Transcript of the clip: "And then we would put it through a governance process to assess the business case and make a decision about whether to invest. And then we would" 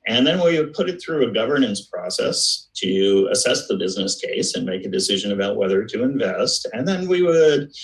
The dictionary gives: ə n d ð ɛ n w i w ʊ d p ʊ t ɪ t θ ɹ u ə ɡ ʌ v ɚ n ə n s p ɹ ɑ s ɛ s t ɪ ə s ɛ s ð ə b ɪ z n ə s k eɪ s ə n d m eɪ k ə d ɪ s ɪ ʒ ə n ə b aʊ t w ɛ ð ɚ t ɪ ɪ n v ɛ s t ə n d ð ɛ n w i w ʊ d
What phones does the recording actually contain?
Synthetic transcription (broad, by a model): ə n ð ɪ n w i w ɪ d p ʊ t ɪ t θ ɹ u ə ɡ ʌ v ɚ n ə n s p ɹ ɑ s ɛ s t ɪ ə s ɛ s ð ə b ɪ z n ə s k eɪ s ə n m eɪ k ə d ɪ s ɪ ʒ ə n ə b aʊ t w ɛ ð ɚ t ɪ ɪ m v ɛ s t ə n ð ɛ n w i w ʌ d